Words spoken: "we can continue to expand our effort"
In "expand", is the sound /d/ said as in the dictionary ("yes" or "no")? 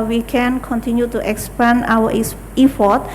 no